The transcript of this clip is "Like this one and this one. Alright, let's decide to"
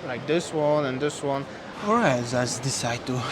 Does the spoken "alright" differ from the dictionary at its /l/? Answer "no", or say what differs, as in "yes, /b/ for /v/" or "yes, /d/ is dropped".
yes, /l/ is dropped